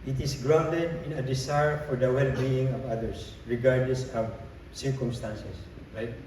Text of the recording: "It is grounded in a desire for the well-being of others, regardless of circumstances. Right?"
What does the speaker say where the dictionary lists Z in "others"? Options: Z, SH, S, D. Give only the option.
S